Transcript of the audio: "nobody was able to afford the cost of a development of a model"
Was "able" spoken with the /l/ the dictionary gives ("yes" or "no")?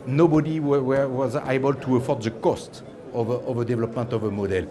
yes